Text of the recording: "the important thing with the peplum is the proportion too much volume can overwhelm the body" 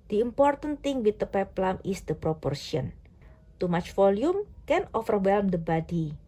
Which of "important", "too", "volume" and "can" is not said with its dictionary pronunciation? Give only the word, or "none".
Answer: volume